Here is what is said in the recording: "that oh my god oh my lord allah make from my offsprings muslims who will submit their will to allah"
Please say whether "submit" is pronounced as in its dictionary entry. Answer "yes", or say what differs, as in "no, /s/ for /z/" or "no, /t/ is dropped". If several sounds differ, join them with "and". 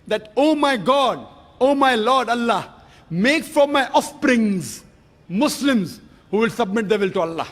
yes